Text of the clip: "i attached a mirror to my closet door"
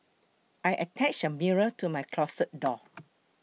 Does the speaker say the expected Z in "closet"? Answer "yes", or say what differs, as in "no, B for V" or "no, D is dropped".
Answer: no, S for Z